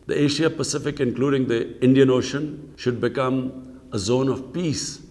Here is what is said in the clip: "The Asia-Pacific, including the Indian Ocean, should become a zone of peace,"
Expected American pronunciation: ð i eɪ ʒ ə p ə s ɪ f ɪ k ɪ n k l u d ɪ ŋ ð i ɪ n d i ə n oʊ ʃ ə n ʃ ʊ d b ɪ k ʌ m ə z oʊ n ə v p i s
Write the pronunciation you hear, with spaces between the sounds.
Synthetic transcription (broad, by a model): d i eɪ ʃ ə p ə s ɪ f ɪ k ɪ n k l u d ɪ ŋ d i ɪ n d i ə n oʊ ʃ ə n ʃ ʊ d b ɪ k ʌ m ə z oʊ n ə v p i s